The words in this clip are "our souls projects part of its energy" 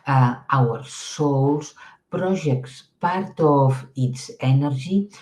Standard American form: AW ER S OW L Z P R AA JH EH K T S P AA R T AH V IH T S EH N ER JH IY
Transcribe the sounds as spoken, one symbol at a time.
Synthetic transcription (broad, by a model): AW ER S OW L S P R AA ZH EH K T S P AA R T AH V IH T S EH N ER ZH IY